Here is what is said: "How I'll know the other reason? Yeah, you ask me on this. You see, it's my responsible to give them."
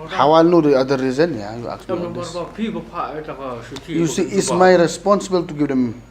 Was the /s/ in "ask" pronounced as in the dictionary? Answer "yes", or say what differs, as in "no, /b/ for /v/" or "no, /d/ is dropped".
no, /s/ is dropped